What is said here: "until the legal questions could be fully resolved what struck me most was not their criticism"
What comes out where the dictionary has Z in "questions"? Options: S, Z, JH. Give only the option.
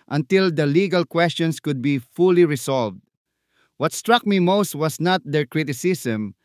S